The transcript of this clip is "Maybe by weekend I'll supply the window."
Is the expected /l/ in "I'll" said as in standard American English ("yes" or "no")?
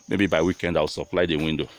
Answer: no